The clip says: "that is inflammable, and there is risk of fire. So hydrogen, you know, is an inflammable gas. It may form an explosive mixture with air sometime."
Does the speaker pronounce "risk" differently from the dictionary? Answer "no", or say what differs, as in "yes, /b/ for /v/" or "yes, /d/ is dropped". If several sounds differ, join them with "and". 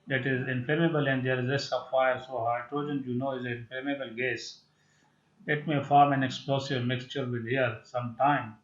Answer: yes, /k/ is dropped